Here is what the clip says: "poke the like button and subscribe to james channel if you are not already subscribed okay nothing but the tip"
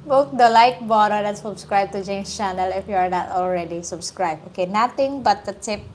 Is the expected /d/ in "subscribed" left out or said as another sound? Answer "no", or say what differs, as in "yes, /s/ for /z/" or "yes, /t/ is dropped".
yes, /d/ is dropped